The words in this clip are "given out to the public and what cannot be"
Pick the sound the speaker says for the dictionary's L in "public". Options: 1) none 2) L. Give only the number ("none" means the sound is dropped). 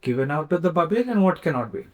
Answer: 1